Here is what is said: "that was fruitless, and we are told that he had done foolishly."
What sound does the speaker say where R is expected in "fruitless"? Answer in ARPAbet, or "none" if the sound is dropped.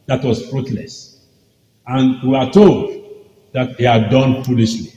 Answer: R